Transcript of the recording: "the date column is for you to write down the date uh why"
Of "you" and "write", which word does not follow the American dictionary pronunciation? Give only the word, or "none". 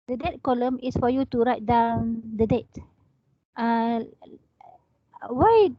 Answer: none